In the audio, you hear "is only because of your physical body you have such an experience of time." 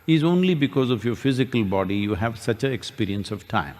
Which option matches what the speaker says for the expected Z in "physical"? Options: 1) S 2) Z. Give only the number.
2